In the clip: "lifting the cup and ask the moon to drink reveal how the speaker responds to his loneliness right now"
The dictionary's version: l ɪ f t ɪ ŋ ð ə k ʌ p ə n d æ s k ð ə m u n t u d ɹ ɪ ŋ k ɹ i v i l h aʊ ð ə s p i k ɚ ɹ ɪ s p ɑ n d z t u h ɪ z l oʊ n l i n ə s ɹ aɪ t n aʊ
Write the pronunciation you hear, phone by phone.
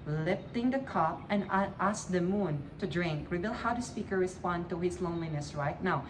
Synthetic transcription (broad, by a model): l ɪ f t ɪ ŋ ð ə k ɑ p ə n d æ s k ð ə m u n t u d ɹ ɪ ŋ k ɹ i b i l h aʊ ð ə s p i k ɚ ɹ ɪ s p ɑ n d t u h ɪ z l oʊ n l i n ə s ɹ aɪ t n aʊ